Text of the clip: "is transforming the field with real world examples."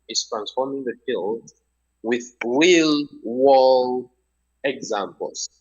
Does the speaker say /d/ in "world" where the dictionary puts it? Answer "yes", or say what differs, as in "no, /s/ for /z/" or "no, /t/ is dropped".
no, /d/ is dropped